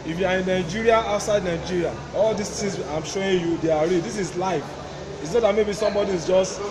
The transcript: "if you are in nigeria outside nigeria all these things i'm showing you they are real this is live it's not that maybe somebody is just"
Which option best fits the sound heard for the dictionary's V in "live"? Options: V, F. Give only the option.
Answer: F